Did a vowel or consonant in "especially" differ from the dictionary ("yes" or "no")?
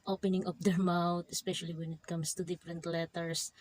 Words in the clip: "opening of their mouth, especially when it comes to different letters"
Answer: no